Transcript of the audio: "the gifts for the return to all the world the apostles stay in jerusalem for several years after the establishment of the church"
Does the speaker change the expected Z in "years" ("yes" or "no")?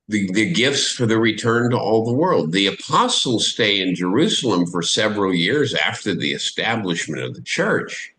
no